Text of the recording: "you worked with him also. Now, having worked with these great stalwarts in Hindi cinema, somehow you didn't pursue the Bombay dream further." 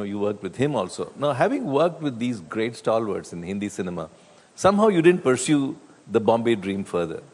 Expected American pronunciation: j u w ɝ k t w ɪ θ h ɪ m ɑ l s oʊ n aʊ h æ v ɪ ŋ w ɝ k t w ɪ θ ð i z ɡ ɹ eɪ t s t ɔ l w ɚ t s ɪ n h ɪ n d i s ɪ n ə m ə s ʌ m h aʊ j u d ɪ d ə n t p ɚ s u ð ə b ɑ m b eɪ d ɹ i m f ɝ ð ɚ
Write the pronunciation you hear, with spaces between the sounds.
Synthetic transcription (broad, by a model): j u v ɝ k t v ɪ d h ɪ m ɑ l s oʊ n aʊ h æ v ɪ ŋ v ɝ k t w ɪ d i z ɡ ɹ eɪ t s t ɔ l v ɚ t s ɪ n h ɪ n d i s ɪ n ə m ə s ʌ m h aʊ j u d ɪ d ə n t p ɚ s u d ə b ɑ m b eɪ d ɹ i m f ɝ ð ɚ